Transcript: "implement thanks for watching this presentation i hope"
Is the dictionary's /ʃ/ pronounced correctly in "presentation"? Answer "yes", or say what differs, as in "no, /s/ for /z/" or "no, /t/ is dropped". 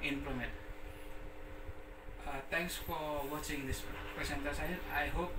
no, /s/ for /ʃ/